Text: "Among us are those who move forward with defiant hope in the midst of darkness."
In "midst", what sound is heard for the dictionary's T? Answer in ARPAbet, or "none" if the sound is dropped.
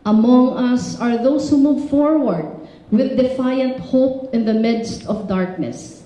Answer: T